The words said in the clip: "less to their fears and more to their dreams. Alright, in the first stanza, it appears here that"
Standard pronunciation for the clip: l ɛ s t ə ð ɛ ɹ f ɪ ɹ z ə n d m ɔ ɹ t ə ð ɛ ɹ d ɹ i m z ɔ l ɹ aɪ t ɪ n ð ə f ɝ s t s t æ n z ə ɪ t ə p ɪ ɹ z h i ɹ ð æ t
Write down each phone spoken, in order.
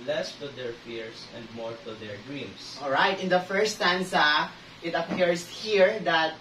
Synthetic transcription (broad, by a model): l ɛ s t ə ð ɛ ɹ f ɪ ɹ s ə n d m ɔ ɹ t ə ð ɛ ɹ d ɹ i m s ɔ l ɹ aɪ t ɪ n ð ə f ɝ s s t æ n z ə ɪ t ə p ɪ ɹ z h i ɹ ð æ t